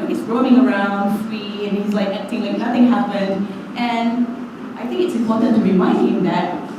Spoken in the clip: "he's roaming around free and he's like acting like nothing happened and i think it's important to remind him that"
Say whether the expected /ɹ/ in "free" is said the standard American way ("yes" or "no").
no